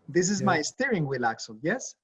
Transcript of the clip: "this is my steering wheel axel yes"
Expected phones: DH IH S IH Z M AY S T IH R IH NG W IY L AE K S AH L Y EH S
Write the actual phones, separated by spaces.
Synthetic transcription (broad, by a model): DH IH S IH Z M AY S T IH R IH NG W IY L AE K S AH L Y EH S